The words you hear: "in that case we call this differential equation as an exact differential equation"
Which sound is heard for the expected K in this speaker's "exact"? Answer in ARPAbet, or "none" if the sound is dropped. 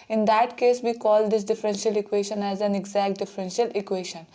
K